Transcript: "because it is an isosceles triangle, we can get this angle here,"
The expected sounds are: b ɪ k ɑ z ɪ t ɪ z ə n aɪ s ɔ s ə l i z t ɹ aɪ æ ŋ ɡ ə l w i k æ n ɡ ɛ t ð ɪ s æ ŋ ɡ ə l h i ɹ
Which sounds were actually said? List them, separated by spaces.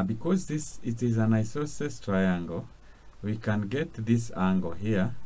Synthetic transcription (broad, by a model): b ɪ k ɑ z ɪ t ɪ z ə n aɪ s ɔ s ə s t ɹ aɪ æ ŋ ɡ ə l w i k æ n ɡ ɛ t ð ɪ s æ ŋ ɡ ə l h i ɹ